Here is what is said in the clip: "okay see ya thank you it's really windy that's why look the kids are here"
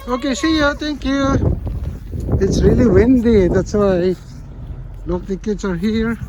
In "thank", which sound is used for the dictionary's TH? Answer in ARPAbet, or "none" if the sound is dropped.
T